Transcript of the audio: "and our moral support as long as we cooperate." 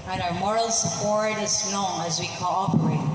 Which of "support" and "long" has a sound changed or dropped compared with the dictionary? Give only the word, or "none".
long